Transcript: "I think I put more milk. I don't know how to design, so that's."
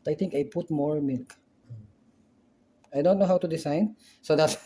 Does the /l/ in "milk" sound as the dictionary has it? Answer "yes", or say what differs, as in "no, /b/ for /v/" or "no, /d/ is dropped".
yes